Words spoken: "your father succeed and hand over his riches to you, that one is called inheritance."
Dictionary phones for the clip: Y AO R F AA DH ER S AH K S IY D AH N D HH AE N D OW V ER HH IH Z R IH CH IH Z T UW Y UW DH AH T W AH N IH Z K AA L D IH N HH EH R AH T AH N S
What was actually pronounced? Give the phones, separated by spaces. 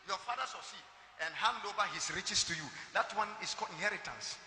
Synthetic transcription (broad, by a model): Y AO F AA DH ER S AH S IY AH N D HH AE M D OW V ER HH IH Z R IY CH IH S T UW Y UW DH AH T W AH N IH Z K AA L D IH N HH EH R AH T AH N S